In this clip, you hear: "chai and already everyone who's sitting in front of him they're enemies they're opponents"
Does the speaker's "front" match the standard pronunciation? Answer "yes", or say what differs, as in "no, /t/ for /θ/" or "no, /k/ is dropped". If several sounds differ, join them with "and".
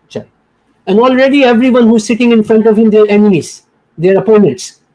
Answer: yes